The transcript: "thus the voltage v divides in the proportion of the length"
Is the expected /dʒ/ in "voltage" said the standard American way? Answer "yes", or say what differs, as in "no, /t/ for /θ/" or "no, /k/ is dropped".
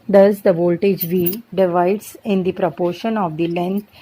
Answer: yes